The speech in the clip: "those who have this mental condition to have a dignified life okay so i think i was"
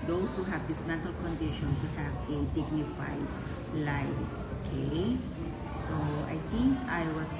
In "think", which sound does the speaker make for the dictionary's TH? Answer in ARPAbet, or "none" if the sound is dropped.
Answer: T